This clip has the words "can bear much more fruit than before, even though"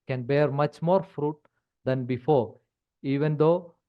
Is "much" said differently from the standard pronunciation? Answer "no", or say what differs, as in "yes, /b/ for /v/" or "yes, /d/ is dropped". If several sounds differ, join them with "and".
no